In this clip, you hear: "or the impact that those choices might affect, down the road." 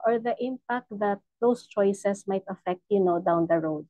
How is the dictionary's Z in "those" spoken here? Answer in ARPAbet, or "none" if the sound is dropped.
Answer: S